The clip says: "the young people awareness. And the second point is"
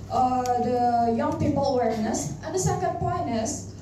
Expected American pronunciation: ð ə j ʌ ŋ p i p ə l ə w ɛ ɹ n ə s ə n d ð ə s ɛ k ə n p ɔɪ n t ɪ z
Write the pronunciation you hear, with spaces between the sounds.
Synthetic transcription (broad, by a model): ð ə j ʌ ŋ p i p ə l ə w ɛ ɹ n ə s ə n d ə s ɛ k ə n p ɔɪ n ɪ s